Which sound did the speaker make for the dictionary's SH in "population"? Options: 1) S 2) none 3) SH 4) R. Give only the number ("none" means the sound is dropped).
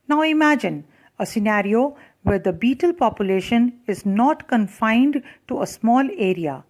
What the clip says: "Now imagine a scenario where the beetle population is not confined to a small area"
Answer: 3